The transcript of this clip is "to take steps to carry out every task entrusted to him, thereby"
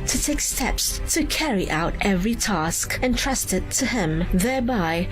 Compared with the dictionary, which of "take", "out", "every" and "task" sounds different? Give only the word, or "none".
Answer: none